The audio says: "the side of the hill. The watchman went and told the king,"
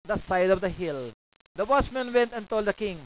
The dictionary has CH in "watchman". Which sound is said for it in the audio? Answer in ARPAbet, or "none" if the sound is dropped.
S